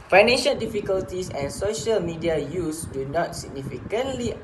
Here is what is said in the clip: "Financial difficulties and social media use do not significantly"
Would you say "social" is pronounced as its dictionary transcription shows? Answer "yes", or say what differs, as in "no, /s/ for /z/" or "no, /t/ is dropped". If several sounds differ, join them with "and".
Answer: yes